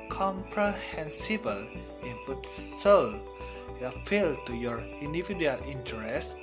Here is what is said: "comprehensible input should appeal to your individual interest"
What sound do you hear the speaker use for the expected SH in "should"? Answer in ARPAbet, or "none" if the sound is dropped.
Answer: S